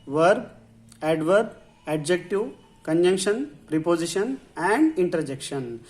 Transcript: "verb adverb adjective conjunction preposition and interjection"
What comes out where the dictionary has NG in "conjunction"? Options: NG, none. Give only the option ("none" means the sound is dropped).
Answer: NG